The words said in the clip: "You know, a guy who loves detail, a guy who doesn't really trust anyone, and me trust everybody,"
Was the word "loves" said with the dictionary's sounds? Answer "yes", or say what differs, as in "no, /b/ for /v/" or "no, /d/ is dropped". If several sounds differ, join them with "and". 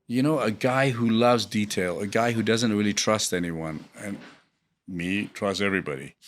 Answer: yes